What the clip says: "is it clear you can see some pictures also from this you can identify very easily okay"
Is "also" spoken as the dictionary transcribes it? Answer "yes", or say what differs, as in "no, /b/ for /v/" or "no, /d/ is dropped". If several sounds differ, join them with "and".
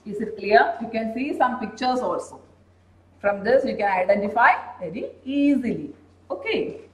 yes